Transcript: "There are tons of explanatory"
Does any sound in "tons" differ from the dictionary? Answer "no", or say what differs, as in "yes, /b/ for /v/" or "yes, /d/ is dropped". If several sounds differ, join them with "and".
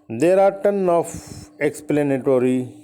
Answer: yes, /z/ is dropped